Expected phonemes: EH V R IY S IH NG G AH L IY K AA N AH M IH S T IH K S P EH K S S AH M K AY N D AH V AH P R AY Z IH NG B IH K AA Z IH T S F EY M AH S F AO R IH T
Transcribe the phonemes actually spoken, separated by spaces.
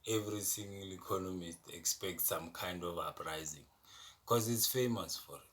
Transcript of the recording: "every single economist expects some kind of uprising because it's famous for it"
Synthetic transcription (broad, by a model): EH V R IY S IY NG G L IY K AA N AH M IH S T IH K S P EH K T S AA M K AY N D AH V AH P R AY Z IH NG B K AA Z IH T S F EY M AH S F AO R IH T